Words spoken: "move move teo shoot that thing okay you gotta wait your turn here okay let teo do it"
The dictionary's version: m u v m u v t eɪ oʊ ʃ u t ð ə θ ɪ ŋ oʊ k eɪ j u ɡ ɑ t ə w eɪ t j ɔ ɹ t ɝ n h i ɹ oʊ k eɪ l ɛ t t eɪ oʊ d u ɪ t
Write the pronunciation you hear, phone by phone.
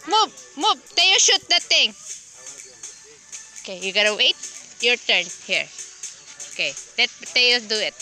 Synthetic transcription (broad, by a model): m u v m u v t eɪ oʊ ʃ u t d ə t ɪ ŋ oʊ k eɪ j u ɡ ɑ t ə w eɪ t j ɔ ɹ t ɝ n h i ɹ oʊ k eɪ l ɛ t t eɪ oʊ d u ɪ t